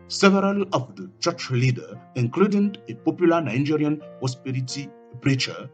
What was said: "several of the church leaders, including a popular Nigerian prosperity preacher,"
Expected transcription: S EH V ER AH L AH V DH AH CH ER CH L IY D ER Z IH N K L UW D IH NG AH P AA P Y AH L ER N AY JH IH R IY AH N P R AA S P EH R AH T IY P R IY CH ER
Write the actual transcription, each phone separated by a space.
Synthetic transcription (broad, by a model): S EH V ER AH L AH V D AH CH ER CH L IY D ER IH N K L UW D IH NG AH P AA P Y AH L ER N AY JH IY R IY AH N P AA S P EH R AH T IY P R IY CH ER